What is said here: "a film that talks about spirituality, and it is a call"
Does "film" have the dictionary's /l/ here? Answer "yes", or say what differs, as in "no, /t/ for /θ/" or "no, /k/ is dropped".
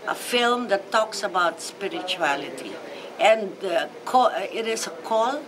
yes